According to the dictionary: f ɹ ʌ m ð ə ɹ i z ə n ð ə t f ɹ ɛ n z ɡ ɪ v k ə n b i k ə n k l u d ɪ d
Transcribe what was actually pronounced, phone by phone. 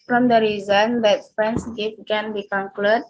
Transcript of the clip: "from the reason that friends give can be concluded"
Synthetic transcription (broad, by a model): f ɹ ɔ m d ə ɹ i z ə n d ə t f ɹ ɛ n s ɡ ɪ f k ə n b i k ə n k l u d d